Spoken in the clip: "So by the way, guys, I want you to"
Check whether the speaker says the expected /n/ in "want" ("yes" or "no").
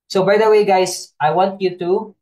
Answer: yes